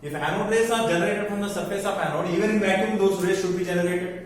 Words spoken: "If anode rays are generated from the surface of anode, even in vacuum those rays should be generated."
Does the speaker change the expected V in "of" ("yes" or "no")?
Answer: yes